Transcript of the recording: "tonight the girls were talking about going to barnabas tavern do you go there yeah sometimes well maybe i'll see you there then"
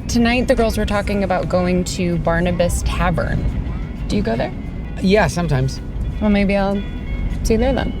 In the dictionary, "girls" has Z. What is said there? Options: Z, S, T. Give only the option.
Z